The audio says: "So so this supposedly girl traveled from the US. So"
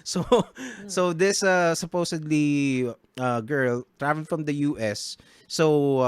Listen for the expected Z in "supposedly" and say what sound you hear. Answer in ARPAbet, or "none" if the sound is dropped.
S